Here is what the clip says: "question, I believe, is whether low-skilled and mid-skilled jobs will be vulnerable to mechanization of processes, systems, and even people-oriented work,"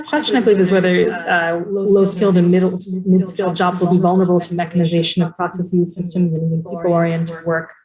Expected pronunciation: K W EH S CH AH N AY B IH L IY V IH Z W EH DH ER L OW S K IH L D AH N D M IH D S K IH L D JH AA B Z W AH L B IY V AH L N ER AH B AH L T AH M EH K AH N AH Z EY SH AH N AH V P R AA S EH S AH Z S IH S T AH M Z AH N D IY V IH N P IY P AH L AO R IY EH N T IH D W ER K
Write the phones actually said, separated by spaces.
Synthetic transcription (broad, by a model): K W EH S CH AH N AY B IH L IY V IH Z W EH DH ER L OW S K IH L D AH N D M IH D S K IH L D JH AA B Z W AH L B IY V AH L N ER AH B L T AH M EH K AH N AH Z EY SH AH N AH V P R AA S EH S AH Z S IH S T AH M Z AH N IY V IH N P IY P L AO R IY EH N T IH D W ER K